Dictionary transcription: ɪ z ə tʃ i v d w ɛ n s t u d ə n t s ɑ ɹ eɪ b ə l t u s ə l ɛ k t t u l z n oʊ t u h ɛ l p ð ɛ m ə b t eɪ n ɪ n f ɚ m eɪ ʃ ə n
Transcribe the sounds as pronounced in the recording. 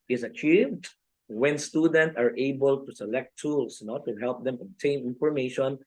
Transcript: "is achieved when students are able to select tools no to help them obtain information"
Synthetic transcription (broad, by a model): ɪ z ə tʃ i v d w ɛ n s t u d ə n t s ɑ ɹ eɪ b ə l t u s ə l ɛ k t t u l s n oʊ t u h ɛ l p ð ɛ m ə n t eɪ n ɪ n f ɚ m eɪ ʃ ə n